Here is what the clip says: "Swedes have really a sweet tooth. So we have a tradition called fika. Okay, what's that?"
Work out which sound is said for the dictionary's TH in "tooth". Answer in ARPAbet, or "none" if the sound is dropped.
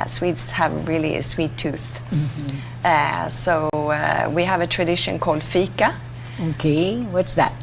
TH